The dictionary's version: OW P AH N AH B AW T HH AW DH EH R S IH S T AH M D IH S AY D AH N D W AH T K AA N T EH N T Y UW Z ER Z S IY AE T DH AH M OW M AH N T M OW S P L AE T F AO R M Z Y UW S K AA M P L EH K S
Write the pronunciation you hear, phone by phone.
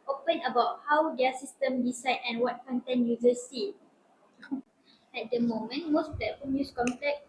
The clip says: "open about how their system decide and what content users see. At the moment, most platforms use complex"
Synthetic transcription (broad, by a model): OW P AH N AH B AW T HH AW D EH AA S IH S T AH M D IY S AY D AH N W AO T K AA N T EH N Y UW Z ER S IY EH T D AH M OW M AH N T M OW S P L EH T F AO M Y UW S K AA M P L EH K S